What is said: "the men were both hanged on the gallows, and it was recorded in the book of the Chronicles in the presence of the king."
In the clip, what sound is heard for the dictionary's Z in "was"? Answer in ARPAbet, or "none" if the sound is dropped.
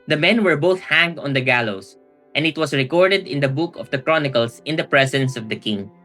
S